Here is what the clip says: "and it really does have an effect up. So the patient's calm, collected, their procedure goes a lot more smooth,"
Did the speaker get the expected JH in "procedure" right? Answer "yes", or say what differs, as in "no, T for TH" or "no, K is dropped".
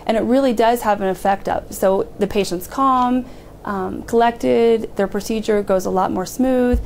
yes